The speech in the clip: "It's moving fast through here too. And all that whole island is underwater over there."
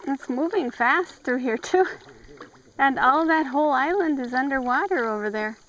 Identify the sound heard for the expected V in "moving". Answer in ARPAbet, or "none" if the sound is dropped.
V